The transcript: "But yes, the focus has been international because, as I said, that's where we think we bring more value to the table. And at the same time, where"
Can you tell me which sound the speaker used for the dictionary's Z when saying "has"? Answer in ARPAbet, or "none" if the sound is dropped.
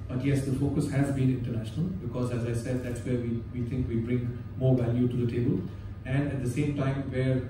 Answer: Z